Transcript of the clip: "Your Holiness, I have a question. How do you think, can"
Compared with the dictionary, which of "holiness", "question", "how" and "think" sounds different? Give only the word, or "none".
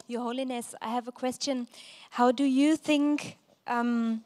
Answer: none